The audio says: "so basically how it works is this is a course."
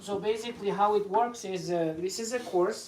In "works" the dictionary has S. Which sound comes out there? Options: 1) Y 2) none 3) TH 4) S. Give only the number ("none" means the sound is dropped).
4